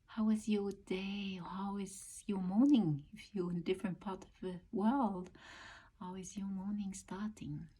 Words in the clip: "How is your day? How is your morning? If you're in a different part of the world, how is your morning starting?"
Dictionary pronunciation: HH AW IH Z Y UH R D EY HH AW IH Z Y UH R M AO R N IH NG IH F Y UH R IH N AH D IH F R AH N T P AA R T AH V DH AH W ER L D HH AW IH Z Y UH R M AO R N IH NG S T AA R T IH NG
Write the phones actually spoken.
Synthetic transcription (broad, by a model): HH AW IH Z Y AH R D EY HH AW IH Z Y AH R M AO R N IH NG IH F Y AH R IH N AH D IH F R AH N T P AA R T AH V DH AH W ER L D HH AW IH Z Y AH R M AO R N IH NG S T AA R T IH NG